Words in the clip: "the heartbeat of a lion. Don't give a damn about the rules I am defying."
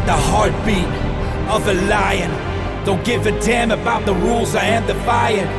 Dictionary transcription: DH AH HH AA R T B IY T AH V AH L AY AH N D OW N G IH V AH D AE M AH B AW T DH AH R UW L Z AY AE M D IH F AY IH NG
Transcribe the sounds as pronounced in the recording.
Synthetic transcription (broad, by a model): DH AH HH AA R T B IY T AH V AH L AY AH N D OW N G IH F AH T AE M AH B AW T DH AH R UW L Z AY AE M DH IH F AY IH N